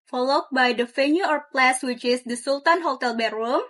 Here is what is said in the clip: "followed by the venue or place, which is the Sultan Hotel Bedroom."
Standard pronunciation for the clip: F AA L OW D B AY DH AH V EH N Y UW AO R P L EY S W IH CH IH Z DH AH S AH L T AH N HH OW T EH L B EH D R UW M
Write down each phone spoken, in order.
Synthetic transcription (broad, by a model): F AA L OW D B AY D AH F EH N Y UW AO R P L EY S W IH CH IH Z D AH S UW L T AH N HH OW T EH L B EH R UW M